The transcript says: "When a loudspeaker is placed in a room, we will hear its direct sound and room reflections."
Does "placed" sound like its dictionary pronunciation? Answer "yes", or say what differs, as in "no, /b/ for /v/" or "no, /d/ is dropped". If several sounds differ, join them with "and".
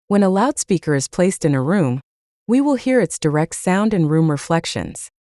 yes